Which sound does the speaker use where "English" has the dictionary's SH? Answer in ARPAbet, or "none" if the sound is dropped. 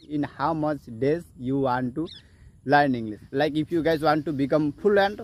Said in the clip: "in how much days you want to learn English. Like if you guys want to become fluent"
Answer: S